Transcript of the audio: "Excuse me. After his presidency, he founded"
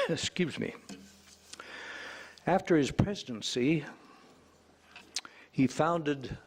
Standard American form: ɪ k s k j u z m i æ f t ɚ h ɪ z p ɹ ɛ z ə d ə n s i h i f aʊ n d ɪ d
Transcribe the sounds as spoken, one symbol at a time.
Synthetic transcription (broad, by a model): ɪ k s k j u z m i æ f t ɚ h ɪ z p ɹ ɛ z ə d ə n s i h i f aʊ n d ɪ d